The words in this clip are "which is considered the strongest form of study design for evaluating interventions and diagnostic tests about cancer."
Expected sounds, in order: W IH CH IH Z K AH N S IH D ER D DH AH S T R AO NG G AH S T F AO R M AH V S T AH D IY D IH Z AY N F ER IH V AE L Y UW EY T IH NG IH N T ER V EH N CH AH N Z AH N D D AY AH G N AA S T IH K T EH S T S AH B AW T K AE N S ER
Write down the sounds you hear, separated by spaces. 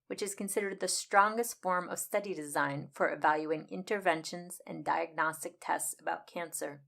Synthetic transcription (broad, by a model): W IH CH IH Z K AH N S IH D ER D DH AH S T R AO NG G AH S T F AO R M AH V S T AH D IY D IH Z AY N F ER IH V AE L Y UW IH NG IH N T ER V EH N SH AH N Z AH N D D AY AH G N AA S T IH K T EH S T S AH B AW T K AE N S ER